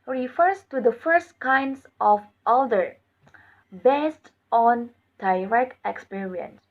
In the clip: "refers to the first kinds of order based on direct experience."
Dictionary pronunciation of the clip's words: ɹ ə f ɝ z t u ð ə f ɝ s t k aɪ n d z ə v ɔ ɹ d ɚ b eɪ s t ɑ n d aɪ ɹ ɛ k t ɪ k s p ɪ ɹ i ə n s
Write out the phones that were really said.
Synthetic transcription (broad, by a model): ɹ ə f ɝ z t u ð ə f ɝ s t k aɪ n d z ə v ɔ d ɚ b eɪ s t ɑ n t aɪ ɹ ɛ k ɪ k s p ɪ ɹ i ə n s